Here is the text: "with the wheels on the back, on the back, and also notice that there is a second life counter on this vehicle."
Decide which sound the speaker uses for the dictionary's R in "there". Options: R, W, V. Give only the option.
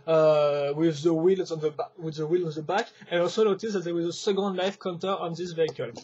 W